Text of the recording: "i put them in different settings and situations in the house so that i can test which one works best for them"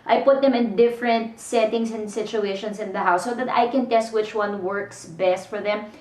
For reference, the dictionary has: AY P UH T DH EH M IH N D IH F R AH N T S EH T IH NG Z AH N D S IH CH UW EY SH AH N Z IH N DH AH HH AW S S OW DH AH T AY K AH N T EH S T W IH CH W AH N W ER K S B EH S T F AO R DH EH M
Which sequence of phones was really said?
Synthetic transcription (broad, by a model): AY P UH T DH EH M IH N D IH F R AH N T S EH T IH NG S AH N D S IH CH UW EY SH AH N S IH N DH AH HH AW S S OW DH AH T AY K AH N T EH S T W IH CH W AH N W ER K S B EH S T F AO R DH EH M